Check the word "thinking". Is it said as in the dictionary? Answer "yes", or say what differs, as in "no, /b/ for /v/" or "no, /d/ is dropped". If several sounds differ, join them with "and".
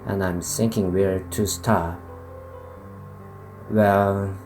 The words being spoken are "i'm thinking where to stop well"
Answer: no, /s/ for /θ/